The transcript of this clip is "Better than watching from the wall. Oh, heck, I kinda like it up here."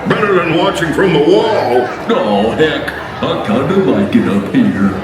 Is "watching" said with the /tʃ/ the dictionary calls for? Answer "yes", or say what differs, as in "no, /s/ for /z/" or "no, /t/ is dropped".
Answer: yes